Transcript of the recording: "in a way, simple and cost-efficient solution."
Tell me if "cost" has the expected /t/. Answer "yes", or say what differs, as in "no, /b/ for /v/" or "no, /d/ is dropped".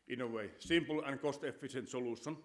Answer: yes